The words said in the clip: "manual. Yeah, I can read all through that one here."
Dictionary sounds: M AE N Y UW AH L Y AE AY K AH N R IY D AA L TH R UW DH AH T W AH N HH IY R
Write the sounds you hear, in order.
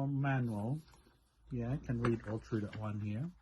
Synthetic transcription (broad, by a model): M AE N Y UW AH L Y AE K AH N R IY D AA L T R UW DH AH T W AH N HH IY R